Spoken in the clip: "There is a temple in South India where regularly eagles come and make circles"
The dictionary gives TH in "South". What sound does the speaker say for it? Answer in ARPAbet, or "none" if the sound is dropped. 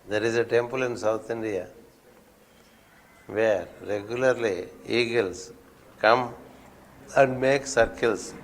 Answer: T